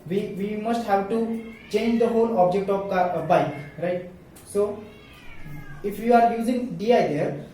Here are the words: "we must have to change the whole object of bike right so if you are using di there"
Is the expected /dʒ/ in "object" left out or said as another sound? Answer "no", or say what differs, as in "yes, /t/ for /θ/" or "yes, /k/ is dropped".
no